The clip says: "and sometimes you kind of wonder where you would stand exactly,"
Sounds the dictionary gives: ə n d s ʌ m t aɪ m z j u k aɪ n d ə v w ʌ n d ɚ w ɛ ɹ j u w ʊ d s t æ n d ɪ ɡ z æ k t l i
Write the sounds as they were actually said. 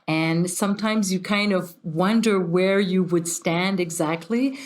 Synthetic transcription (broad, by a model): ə n s ʌ m t aɪ m z j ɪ k aɪ n d ə v w ʌ n d ɚ w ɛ ɹ j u w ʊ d s t æ n d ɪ ɡ z æ k t l i